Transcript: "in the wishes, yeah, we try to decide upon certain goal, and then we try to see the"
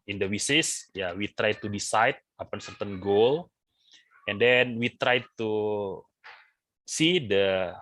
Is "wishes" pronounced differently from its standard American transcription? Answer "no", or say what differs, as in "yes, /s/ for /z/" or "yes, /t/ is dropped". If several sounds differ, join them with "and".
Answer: yes, /s/ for /ʃ/ and /s/ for /z/